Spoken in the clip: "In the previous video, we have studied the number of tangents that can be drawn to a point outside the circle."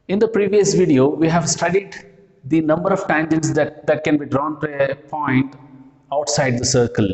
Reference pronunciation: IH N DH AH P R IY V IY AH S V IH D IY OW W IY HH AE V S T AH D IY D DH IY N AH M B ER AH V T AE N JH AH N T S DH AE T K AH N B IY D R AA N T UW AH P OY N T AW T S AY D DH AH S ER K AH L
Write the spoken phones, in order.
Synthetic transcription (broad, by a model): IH N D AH P R IY V IY AH S V IH D IY OW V IY HH AE V S T AH D IY D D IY N AH M B ER AH V T AE N JH AH N T S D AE T K AH N B IY D R AA N T UW AH P OY N T AW T S AY D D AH S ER K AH L